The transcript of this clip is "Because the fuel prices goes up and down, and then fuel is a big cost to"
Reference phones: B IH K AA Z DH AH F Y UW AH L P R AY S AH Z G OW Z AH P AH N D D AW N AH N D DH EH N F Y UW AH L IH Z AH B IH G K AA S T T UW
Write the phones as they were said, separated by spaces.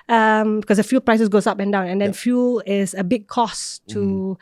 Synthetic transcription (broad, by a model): B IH K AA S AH F Y UW L P R AY S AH S G OW S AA P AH N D D AW N AH N D EH N F Y UW L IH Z AH B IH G K AA S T T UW